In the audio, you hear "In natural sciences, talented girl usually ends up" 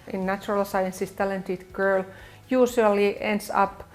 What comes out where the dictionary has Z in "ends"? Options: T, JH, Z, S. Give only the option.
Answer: S